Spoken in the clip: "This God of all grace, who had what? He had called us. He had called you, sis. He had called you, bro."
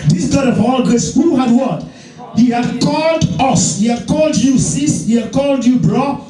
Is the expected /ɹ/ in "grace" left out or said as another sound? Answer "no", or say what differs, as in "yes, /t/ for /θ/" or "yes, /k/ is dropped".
yes, /ɹ/ is dropped